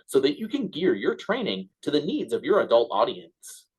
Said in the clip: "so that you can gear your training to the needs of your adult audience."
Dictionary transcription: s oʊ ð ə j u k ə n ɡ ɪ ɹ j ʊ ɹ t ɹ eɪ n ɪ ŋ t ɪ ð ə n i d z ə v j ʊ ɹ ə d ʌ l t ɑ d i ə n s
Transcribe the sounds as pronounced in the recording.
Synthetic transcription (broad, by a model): s oʊ ð ə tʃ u k ə n ɡ ɪ ɹ j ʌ ɹ t ɹ eɪ n ɪ ŋ t ɪ ð ə n i d z ə v j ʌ ɹ ə d ʌ l t ɑ d i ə n s